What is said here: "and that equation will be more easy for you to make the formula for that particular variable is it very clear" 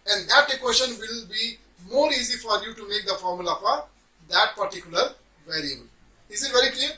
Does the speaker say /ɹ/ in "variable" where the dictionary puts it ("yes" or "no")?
yes